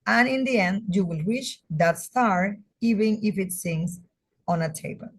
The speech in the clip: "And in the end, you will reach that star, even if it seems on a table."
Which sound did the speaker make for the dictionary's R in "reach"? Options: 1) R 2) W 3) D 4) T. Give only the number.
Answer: 2